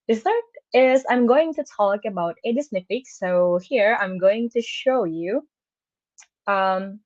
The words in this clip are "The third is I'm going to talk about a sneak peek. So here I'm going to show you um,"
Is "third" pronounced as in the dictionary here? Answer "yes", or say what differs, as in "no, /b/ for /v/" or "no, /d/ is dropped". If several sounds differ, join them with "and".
no, /s/ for /θ/